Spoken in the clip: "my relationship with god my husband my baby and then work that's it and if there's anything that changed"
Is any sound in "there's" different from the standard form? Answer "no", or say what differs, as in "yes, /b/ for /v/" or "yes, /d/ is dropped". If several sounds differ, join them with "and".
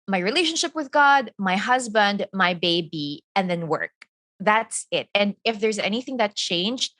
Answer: no